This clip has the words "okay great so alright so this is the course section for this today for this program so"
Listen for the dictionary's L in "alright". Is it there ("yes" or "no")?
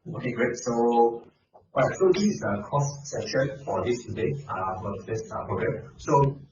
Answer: no